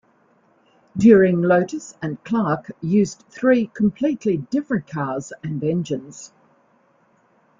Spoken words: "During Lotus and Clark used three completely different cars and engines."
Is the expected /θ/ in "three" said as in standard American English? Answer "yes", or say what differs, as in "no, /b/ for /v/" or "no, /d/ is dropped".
yes